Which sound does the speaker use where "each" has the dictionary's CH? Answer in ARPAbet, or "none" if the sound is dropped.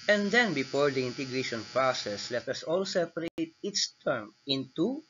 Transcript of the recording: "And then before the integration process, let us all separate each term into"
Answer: S